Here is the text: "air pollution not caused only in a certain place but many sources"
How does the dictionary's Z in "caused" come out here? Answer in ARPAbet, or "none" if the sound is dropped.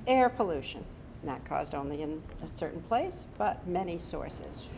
Z